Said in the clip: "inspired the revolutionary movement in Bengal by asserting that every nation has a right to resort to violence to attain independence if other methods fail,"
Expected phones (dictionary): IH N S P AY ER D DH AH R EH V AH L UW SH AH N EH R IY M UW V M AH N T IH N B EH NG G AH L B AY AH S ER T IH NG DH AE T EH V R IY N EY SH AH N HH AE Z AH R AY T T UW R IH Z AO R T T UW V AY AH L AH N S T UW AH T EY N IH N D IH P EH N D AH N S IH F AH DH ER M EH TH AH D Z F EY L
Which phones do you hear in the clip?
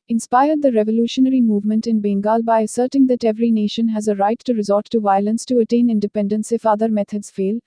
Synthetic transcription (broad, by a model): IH N S P AY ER D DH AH R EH V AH L UW SH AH N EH R IY M UW V M AH N T IH N B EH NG G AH L B AY AH S ER T IH NG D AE T EH V R IY N EY SH AH N HH AE Z AH R AY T T UW R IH Z AO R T T UW V AY AH L AH N S T UW AH T EY N IH N D IH P EH N D AH N S IH F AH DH ER M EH T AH D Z F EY L